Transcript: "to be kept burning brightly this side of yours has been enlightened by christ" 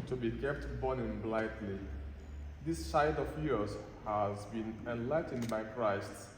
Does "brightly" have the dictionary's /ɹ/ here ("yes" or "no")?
no